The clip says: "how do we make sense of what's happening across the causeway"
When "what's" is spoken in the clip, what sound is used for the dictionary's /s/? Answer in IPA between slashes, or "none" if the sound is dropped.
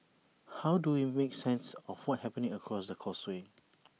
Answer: none